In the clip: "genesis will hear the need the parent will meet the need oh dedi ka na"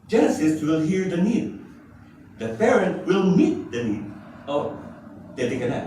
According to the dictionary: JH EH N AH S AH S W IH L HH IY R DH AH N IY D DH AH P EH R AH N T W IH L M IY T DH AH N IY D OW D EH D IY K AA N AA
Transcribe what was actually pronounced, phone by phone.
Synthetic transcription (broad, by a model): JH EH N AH S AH S W IH L HH IY R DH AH N IY D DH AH F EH R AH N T W IH L M IY T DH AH N IY D OW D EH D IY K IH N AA